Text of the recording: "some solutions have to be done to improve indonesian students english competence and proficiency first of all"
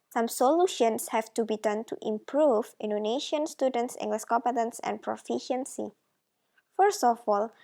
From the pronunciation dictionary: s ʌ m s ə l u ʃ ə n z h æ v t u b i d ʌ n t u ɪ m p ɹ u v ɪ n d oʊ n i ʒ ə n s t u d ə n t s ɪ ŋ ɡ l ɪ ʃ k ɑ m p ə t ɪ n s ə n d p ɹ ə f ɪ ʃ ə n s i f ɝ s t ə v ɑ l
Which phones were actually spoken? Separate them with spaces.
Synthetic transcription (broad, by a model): s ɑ m s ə l u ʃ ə n s h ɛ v t u b i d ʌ n t u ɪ m p ɹ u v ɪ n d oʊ n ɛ ʃ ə n s t u d ə n t s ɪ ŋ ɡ l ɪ s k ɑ p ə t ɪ n s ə n p ɹ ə f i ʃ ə n s i f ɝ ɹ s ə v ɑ l